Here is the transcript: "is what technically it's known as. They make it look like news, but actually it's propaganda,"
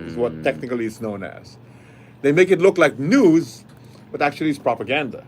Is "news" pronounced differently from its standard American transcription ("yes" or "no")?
no